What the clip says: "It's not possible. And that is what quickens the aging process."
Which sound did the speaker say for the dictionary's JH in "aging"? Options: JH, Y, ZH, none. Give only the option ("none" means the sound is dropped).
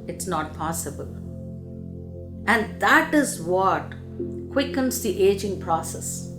JH